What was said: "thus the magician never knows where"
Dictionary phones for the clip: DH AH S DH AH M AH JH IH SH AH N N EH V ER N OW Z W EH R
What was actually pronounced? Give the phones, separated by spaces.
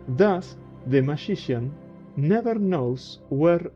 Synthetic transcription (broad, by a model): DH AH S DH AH M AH SH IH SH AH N N EH V ER N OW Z W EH R